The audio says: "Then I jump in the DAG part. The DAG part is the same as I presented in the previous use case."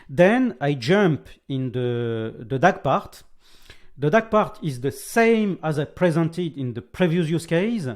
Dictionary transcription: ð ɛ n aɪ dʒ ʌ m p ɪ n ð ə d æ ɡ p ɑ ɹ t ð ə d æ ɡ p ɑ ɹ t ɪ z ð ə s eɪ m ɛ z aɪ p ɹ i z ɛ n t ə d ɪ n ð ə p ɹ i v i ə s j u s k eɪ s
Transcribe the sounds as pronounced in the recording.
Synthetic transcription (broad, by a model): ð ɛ n aɪ dʒ ʌ m p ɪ n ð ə d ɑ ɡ p ɑ ɹ t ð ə d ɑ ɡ p ɑ ɹ t ɪ z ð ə s eɪ m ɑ z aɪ p ɹ i z ɛ n t ə d ɪ n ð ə p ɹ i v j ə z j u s k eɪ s